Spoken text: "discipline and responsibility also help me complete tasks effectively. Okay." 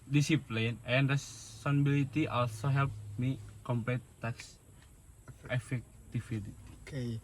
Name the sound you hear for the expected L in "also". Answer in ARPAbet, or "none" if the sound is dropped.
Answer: L